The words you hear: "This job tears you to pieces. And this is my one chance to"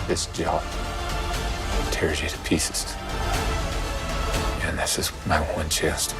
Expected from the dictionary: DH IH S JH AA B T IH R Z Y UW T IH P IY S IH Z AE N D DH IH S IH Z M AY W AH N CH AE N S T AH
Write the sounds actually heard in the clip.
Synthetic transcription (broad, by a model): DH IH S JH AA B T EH R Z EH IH T IH P IY S IH Z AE N DH IH S IH Z M AY W AH N CH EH S T